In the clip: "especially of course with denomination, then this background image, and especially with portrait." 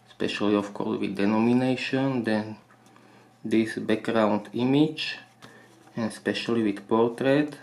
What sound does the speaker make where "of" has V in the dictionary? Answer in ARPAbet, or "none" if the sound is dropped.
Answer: F